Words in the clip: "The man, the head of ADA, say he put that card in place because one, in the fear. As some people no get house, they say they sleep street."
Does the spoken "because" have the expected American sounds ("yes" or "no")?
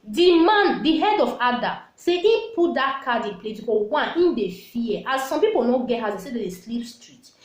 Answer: no